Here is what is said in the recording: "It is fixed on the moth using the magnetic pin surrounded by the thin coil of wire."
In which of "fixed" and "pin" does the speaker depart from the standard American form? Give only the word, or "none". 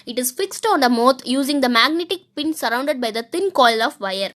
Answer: none